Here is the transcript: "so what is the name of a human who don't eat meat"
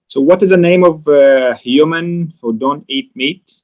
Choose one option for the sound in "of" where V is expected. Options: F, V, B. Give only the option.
V